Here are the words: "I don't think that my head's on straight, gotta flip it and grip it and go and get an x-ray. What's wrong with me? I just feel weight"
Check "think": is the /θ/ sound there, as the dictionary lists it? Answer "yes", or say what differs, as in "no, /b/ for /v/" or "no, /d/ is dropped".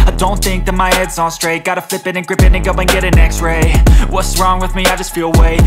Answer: yes